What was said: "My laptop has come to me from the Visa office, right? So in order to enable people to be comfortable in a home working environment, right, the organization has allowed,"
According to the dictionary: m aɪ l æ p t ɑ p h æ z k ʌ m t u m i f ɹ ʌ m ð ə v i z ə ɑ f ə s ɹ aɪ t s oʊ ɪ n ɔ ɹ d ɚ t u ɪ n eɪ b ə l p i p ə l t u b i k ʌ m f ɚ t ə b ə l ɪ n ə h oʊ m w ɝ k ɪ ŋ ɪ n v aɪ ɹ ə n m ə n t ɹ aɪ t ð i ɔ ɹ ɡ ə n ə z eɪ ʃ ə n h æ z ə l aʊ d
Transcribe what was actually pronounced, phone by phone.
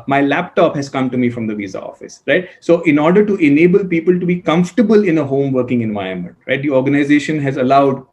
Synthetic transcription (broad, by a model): m aɪ l æ p t ɑ p h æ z k ʌ m t u m i f ɹ ʌ m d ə v i z ə ɑ f ə s ɹ aɪ t s oʊ ɪ n ɔ ɹ d ɚ t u ɪ n eɪ b ə l p i p ə l t u b i k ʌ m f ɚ t ə b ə l ɪ n ə h oʊ m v ɝ k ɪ ŋ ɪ n v aɪ ə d m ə n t ɹ aɪ t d i ɔ ɹ ɡ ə n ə z eɪ ʃ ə n h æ z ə l aʊ d